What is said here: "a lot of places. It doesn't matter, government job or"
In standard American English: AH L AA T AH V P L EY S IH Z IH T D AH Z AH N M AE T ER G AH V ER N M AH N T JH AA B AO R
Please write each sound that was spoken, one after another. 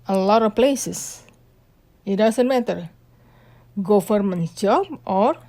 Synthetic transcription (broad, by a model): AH L AA T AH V P L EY S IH S IH T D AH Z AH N M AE T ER G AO F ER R M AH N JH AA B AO R